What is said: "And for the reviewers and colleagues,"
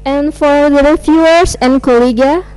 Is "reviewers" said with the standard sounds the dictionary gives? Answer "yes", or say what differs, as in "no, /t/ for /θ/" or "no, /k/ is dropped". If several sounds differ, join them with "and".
no, /f/ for /v/ and /s/ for /z/